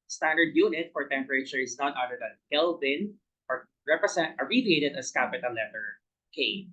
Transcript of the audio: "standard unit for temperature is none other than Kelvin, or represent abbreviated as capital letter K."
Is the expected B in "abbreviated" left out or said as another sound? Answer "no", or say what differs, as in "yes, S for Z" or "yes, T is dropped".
yes, B is dropped